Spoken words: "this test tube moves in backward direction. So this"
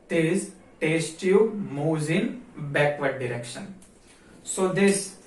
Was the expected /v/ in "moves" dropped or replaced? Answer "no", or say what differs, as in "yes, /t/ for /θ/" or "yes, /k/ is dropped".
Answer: yes, /v/ is dropped